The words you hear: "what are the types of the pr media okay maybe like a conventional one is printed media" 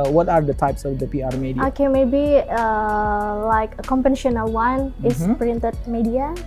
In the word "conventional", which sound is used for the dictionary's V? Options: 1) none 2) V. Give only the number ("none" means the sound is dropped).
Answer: 1